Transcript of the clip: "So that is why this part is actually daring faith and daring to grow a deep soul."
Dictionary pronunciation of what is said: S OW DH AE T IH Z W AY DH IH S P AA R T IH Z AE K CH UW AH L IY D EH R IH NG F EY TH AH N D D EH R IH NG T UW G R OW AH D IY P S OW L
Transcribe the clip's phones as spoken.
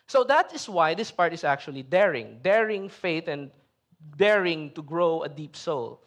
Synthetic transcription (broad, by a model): S OW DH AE T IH S W AY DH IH S P AA R T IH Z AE K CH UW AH L IY D EH R IH NG F EY T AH N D D EH R IH NG T UW G R OW AH D IY P S OW L